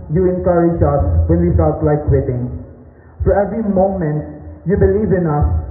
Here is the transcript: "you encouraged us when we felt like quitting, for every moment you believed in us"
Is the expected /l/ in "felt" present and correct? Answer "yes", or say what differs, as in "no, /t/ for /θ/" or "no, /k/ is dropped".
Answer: no, /l/ is dropped